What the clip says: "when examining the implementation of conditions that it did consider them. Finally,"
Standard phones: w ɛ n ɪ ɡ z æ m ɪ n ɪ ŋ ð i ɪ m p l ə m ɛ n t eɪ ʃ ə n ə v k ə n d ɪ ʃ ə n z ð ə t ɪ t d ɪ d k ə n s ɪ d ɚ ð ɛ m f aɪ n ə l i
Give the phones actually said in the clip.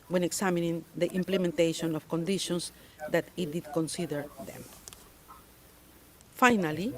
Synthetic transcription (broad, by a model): w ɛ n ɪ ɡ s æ m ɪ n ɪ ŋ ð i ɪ m p l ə m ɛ n t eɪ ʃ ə n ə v k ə n d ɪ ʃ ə n s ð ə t ɪ t d ɪ d k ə n s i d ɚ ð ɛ m f aɪ n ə l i